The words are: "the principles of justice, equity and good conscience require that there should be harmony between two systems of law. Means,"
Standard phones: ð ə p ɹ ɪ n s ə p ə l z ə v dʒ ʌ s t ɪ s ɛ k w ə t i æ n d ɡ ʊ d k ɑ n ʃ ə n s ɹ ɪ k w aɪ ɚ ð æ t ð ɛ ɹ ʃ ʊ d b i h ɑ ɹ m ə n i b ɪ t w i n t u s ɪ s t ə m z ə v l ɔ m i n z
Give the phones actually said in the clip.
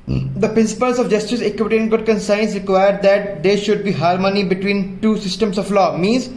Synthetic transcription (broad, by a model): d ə p ɹ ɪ n s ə p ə l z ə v dʒ ʌ s t ɪ s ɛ k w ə t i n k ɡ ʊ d k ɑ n s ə n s ɹ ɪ k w aɪ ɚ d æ t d ɛ ɹ ʃ ʊ d b i h ɑ ɹ m ə n i b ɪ t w i n t u s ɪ s t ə m s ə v l ɔ m i n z